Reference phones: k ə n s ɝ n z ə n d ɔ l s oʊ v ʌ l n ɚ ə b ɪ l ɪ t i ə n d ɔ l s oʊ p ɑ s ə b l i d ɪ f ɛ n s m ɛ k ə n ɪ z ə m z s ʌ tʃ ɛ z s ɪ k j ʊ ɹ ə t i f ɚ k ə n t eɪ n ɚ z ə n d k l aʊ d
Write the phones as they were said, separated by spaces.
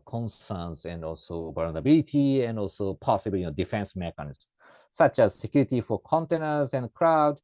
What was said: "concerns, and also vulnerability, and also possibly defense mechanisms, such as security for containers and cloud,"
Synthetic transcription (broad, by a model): k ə n s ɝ n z ə n d ɔ l s oʊ b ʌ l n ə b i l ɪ t i ə n d ɔ l s oʊ p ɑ s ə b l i d ɪ f ɛ n s m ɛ k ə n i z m s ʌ tʃ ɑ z s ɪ k j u ɹ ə t i f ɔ k ə n t eɪ n ɚ z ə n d k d aʊ d